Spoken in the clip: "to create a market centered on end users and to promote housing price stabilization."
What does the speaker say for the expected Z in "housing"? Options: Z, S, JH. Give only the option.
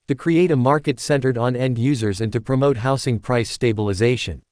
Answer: S